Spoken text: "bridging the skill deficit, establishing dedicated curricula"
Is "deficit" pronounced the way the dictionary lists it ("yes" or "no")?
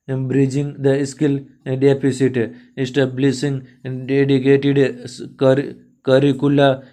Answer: no